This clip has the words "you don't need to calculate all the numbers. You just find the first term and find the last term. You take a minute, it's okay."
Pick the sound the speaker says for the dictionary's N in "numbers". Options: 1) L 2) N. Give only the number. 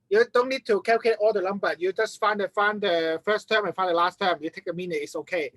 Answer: 1